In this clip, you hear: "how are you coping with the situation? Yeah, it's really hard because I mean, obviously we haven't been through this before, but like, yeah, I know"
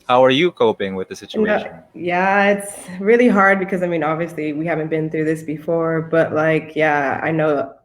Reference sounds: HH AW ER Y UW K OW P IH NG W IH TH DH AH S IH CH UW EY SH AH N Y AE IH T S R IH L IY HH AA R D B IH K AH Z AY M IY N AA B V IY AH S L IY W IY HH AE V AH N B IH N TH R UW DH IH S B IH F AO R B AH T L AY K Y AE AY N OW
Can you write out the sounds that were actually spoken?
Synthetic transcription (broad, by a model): HH AW ER Y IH K OW P IH NG W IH DH AH S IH CH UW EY AH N Y AE IH T S R IH L IY HH AA R D B IH K AH Z AY M IY N AA B V IY AH S L IY W IY HH AE V AH N B IH N TH R UW DH IH S B IH F AO R B AH T L AY K Y AE AY N OW